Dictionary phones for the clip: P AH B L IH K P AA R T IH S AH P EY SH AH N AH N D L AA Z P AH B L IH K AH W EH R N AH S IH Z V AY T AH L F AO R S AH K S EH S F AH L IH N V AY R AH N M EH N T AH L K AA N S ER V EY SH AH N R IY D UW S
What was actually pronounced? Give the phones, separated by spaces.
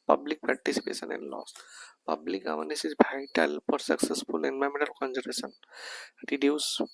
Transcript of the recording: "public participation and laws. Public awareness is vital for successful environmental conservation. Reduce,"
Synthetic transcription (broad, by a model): P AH B L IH K P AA R T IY S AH P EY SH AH N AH N L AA S P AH B L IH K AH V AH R N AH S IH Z B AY T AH L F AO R S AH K S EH S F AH L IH N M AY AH M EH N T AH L K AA N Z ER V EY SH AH N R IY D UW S